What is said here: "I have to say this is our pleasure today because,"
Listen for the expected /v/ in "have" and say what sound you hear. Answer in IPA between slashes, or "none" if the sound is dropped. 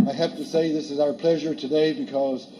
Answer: /f/